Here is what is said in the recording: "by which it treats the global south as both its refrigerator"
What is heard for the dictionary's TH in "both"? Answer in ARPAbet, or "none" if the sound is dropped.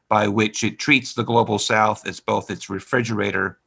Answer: TH